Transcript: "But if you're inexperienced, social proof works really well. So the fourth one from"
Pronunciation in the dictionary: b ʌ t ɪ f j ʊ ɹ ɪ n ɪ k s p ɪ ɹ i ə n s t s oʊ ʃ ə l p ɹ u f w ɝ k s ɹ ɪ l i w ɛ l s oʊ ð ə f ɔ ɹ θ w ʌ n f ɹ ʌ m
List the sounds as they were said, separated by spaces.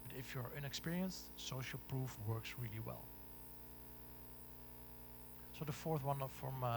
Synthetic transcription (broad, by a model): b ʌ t ɪ f j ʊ ɹ ɪ n ɪ k s p ɪ ɹ i ə n s t s oʊ ʃ ə l p ɹ u f w ɝ k s ɹ ɪ l i w ɛ l s oʊ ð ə f ɔ ɹ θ w ʌ n f ɹ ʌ m